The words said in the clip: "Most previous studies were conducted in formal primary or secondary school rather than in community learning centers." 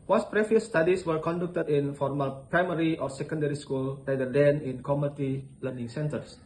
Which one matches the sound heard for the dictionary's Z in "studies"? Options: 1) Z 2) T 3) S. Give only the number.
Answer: 3